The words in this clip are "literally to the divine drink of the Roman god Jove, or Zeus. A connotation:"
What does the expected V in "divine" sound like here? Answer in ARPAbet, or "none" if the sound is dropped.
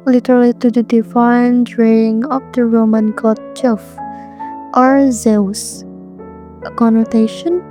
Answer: F